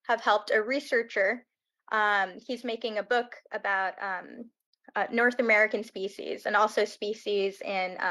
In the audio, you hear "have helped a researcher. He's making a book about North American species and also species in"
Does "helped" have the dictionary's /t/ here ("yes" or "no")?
yes